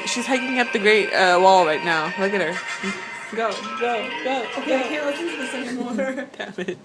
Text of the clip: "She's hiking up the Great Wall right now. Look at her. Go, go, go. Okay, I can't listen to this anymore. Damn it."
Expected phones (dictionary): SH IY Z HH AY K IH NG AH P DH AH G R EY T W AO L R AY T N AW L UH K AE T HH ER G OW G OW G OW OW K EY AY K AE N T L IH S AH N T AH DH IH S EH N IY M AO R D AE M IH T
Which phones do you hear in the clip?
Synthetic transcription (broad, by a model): SH IY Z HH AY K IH NG AH P DH AH G R EY T W AO L R AY T N AW L UH K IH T HH ER G OW G OW G OW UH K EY AY K AE N T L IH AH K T DH IH S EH IY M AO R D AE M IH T